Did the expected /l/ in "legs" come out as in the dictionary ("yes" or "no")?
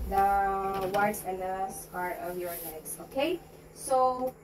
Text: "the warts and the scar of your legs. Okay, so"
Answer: no